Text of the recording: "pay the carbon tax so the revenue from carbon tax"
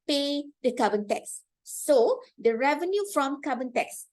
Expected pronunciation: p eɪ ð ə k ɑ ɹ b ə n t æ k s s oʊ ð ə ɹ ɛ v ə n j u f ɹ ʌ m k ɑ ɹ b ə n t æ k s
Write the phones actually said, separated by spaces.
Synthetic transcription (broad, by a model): p eɪ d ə k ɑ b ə n t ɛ k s s oʊ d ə ɹ ɛ v ə n j u f ɹ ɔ m k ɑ b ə n t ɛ k s